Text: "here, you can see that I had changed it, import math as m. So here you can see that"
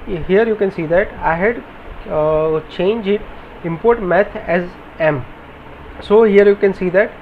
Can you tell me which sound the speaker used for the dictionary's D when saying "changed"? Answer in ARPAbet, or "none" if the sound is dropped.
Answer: none